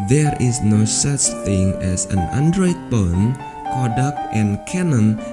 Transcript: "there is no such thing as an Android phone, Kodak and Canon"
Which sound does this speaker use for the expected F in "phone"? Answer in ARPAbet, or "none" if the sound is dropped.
P